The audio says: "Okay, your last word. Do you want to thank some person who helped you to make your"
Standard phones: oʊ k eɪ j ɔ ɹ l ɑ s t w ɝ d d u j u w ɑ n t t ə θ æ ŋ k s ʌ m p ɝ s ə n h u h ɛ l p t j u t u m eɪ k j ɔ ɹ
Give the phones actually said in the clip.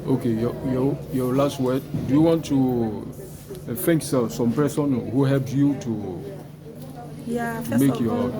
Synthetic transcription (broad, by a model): oʊ k eɪ j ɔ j l ɑ s t w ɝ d d u j u w ɑ n t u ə f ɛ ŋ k s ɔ m p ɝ s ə n h u h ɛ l p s j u t u m eɪ k j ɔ